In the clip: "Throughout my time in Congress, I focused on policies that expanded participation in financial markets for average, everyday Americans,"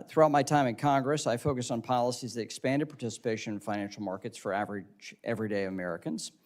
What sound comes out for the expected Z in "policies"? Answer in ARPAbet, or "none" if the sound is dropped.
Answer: Z